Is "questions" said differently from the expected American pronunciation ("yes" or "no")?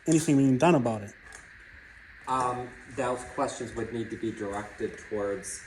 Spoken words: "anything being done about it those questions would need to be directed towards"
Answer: no